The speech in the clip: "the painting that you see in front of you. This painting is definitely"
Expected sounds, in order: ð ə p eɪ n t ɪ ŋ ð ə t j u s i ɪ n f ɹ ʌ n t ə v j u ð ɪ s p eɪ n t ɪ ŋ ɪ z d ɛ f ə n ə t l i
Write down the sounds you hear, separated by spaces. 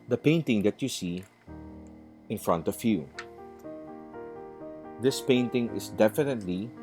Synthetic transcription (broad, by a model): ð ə p eɪ n t ɪ ŋ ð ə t j u s i ɪ n f ɹ ʌ n t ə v j u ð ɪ s p eɪ n t ɪ ŋ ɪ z d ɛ f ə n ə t l i